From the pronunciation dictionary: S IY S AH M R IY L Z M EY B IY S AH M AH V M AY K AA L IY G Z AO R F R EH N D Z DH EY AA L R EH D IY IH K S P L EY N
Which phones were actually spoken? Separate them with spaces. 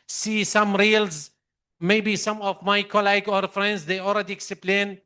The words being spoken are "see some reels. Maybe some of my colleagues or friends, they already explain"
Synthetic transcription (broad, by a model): S IY S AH M R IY L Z M EY B IY S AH M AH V M AY K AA L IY G AO R F R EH N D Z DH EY AA L R EH D IY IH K S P L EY N